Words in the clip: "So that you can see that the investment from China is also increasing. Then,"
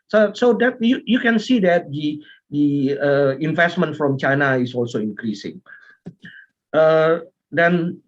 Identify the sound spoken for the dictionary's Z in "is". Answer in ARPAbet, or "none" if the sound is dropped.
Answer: S